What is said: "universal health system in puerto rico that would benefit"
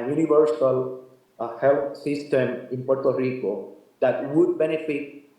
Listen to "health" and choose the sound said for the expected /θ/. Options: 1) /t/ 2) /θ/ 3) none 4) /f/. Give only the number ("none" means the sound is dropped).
1